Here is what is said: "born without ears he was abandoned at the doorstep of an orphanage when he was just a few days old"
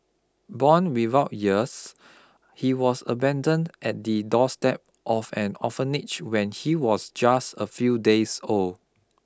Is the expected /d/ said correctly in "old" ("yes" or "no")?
no